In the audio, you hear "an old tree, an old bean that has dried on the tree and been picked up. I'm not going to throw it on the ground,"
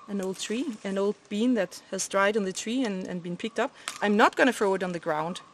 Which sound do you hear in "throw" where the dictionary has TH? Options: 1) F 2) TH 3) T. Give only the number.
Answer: 1